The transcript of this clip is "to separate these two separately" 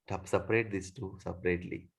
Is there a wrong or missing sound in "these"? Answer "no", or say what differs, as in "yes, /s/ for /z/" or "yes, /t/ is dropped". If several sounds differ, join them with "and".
yes, /s/ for /z/